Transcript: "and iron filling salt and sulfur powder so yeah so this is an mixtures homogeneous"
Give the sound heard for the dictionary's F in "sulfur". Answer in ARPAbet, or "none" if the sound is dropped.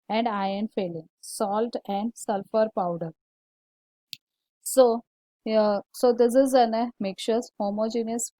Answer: F